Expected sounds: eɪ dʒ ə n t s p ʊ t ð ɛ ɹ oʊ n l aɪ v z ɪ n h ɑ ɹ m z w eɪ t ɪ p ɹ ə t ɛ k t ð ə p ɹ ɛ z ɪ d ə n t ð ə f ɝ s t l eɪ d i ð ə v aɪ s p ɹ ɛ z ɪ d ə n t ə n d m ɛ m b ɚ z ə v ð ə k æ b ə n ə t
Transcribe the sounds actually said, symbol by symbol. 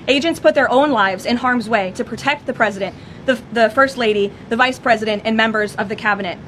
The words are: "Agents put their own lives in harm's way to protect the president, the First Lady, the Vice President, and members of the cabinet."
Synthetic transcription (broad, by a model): eɪ dʒ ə n t s p ʊ t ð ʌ ɹ oʊ n l aɪ v z ɪ n h ɑ ɹ m z w eɪ t ɪ p ɹ ə t ɛ k t ð ə p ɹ ɛ z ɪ d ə n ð ð ə f ɝ s t l eɪ d i ð ə v aɪ s p ɹ ɛ z ɪ d ə n t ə n m ɛ m b ɚ z ə v ð ə k æ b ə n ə t